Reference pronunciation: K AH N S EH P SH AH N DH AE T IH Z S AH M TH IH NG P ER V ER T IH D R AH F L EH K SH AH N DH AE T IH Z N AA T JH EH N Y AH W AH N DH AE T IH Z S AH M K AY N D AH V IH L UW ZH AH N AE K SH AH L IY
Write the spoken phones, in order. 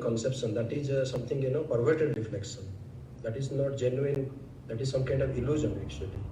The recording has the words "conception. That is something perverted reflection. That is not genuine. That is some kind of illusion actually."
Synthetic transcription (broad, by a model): K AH N S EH P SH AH N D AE T IH Z S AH M T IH NG P ER V ER T IH D R AH F L EH K SH AH N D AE T IH Z N AA T JH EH N Y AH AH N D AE T IH Z S AH M K AY N D AH V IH L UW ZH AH N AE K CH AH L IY